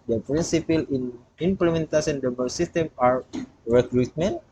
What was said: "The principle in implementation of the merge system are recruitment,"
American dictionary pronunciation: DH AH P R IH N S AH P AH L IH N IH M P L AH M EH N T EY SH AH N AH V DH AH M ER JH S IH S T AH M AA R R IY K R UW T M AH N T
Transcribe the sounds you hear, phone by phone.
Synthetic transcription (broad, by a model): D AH P R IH N S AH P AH L IH N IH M P L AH M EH N T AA S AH AH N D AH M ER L S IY S T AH M AA R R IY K R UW T M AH N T